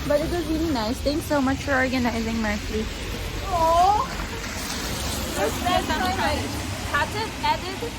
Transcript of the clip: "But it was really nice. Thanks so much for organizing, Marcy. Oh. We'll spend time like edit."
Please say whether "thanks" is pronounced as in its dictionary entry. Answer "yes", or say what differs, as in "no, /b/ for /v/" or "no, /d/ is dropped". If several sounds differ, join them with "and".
no, /t/ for /θ/